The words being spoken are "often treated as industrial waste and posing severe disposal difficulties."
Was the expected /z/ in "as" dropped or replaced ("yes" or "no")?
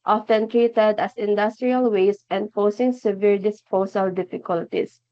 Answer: yes